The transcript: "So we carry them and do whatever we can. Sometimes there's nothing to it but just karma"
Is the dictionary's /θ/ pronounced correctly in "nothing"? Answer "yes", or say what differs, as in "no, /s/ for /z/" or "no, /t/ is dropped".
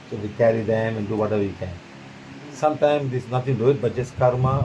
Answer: no, /t/ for /θ/